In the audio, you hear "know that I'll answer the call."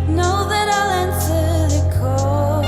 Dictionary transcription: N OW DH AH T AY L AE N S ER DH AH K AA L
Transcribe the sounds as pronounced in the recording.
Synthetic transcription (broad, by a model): N OW DH AH T AY L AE N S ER DH AH K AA